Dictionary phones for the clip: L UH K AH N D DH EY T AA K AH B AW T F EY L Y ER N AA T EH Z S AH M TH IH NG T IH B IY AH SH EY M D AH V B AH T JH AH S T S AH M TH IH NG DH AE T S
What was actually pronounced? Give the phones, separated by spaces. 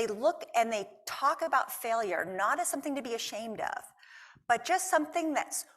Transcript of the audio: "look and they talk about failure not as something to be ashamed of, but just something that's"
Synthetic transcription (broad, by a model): L UH K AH N DH EY T AA K AH B AW T F EY L Y ER N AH T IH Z S AH M TH IH NG T IH B IY AH SH EY M D AH V B AH T JH AH S T S AH M TH IH NG DH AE T S